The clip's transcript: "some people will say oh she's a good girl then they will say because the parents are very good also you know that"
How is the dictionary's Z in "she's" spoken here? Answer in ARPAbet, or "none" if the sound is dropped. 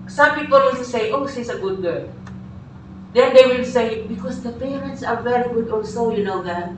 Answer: S